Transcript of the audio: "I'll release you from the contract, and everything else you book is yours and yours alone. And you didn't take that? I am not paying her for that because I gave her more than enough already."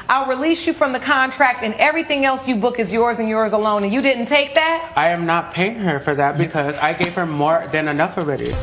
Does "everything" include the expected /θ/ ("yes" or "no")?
yes